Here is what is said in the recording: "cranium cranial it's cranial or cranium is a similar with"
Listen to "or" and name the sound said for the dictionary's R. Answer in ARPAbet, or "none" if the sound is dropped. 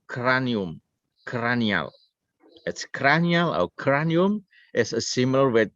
W